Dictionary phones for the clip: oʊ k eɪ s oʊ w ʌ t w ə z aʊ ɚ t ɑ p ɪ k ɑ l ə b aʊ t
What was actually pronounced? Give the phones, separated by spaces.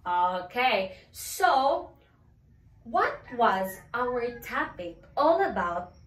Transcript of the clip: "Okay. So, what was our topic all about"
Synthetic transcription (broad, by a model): oʊ k eɪ s oʊ w ʌ t w ə z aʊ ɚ t ɑ p ɪ k ɑ l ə b aʊ t